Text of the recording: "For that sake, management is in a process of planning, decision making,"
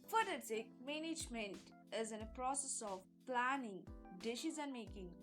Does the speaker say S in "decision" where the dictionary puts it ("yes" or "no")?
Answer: no